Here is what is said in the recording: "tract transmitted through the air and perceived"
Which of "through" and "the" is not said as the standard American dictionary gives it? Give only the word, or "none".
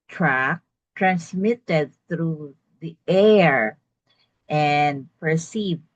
none